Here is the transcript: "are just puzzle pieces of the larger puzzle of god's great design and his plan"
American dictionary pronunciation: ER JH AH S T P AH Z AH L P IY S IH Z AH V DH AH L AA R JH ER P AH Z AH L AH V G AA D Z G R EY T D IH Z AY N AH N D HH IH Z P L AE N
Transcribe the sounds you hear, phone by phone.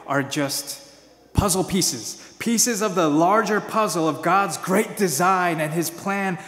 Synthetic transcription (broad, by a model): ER JH AH S T P AH Z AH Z P IY S IH Z AH V DH AH L AA R JH ER P AH Z L AH V G AA D Z G R EY T D IH Z AY N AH N IH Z P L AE N